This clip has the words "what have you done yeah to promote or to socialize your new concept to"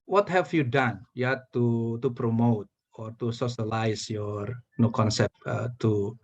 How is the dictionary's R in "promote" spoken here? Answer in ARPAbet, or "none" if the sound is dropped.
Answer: R